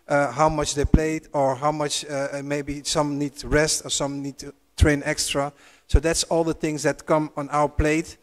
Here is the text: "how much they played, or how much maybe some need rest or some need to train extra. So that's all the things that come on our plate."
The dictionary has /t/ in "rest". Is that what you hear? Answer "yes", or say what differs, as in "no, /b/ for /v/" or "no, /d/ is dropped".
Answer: yes